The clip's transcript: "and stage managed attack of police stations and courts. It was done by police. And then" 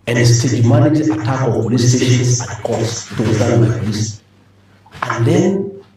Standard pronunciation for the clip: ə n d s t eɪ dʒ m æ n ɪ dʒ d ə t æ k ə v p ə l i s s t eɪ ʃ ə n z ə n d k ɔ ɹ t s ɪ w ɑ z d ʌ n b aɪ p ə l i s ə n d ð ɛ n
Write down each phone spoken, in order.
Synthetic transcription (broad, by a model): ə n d s t eɪ dʒ m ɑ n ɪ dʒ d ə t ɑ k ə v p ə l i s s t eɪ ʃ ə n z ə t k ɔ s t ɪ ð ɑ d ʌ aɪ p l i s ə n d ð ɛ n